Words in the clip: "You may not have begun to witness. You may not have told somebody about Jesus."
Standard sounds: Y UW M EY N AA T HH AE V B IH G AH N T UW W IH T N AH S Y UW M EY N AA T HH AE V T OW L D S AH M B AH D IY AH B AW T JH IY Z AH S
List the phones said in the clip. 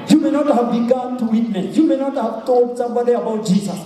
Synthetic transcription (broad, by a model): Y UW M EY N AA T HH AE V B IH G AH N T UW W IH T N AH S Y UW M EY N AA T HH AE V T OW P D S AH B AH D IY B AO JH IY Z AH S